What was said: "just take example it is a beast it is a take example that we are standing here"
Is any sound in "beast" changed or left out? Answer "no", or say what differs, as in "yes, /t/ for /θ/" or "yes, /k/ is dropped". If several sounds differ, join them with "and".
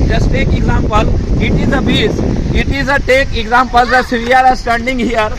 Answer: yes, /t/ is dropped